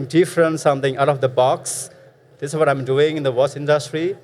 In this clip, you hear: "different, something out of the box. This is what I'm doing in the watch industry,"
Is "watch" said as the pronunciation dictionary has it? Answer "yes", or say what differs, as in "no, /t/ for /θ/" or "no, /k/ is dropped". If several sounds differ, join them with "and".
no, /s/ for /tʃ/